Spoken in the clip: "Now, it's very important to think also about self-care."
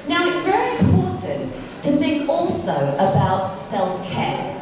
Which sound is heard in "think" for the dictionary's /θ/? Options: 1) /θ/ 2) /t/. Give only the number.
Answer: 1